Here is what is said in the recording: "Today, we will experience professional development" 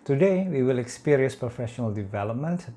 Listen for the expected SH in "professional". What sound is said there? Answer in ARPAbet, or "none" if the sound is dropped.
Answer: SH